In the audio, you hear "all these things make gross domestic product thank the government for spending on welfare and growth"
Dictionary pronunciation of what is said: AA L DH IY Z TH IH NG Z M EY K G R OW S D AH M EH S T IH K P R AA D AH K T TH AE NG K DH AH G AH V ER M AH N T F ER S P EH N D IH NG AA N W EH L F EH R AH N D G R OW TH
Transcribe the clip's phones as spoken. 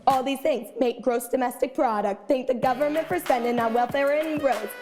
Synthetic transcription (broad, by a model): AA L DH IY Z TH IH NG Z M EY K G R OW S D AH M EH S T IH K P R AA D AH K T TH AE NG K DH AH G AH V ER M AH N T F ER S EH N D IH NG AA W EH L F EH R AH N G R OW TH